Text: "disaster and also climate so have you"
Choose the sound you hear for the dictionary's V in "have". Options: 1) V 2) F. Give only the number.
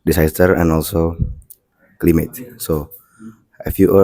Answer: 2